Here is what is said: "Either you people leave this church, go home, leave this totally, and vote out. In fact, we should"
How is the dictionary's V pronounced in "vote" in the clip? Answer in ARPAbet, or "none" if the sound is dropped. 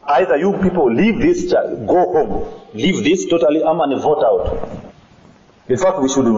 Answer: V